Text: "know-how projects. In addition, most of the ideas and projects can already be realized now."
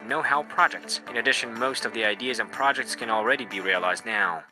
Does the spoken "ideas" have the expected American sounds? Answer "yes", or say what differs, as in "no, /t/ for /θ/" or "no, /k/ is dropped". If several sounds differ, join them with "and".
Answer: yes